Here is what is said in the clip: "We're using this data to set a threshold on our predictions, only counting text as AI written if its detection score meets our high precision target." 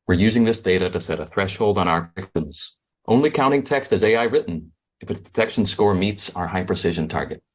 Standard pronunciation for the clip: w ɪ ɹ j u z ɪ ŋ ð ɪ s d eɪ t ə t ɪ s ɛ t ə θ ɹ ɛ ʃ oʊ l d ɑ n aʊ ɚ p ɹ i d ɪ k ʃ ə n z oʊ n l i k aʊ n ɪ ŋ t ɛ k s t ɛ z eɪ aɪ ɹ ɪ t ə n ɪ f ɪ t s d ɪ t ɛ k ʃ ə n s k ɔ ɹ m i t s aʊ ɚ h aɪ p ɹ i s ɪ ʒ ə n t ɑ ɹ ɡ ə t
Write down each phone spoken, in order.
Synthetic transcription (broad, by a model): w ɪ ɹ j u z ɪ ŋ ð ɪ s d eɪ t ə t ɪ s ɛ t ə θ ɹ ɛ ʃ oʊ l d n aʊ ɚ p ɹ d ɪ k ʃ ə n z oʊ n l i k aʊ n ɪ ŋ t ɛ k s t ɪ z eɪ aɪ ɹ ɪ t n ɪ f ɪ t s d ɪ t ɛ k ʃ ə n s k ɔ ɹ m i t s aʊ ɚ h aɪ p ɹ i s ɪ ʒ ə n t ɑ ɹ ɡ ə t